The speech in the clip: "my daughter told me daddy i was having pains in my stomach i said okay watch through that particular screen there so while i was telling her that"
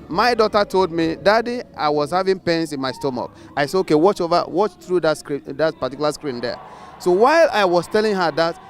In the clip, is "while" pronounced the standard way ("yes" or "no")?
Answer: yes